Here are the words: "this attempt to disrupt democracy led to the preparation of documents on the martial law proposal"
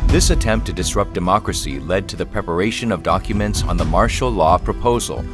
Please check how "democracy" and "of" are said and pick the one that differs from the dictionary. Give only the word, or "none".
none